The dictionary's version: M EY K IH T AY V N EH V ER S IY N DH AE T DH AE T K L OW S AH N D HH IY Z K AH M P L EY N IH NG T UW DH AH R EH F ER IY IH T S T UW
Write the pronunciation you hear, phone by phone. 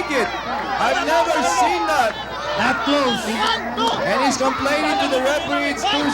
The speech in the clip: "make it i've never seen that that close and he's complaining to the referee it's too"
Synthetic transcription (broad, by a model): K IH T AY V N EH V ER S IY N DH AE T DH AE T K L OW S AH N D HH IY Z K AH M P L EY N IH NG T UW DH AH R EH P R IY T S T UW